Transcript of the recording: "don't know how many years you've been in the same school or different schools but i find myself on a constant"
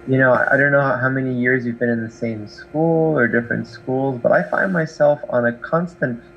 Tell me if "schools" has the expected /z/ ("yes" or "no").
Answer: yes